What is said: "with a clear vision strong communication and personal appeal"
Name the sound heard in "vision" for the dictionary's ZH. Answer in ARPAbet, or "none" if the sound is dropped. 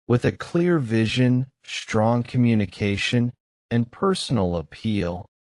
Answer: ZH